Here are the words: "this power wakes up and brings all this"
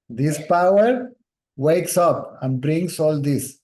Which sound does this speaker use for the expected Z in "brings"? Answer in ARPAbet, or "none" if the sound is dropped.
S